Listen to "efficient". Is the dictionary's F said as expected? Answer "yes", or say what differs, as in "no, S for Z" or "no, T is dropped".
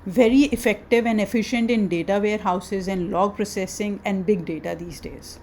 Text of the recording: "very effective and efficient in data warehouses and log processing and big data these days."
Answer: yes